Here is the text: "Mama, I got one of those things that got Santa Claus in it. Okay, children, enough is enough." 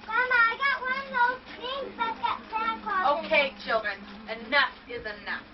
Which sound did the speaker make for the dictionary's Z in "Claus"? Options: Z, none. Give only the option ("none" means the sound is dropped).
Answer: none